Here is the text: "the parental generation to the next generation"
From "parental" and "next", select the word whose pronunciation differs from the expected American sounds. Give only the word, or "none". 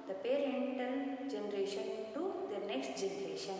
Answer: parental